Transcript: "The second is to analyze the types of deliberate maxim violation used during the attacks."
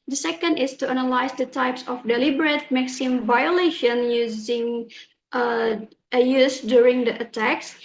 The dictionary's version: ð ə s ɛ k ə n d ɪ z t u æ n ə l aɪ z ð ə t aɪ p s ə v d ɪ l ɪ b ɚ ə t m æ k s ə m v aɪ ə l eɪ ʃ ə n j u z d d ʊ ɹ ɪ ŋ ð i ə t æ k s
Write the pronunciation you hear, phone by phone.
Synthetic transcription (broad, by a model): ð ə s ɛ k ə n d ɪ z t u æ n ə l aɪ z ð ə t aɪ p s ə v d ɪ l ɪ b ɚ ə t m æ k s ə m v aɪ ə l eɪ ʃ ə n j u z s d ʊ ɹ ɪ ŋ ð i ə t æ k s